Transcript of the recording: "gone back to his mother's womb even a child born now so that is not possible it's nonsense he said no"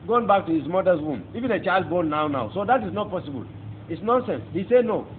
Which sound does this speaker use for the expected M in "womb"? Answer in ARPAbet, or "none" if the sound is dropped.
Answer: M